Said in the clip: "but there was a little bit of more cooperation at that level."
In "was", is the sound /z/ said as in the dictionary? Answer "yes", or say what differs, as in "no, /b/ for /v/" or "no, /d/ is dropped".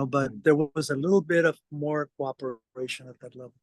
yes